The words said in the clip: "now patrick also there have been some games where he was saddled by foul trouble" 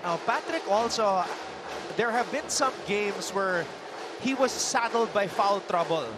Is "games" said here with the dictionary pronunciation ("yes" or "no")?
no